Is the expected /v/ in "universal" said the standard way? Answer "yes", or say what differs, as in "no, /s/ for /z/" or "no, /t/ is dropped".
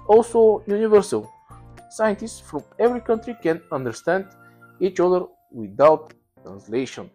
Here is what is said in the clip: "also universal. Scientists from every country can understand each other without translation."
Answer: yes